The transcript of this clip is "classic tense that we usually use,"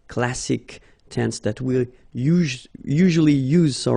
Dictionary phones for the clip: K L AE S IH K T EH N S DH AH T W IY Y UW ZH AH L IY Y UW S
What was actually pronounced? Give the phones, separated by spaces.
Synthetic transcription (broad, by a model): K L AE S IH K T EH N S DH AH T W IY Y UW ZH AH L IY Y UW S